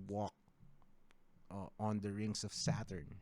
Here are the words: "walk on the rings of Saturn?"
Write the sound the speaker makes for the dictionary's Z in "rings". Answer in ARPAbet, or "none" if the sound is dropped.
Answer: S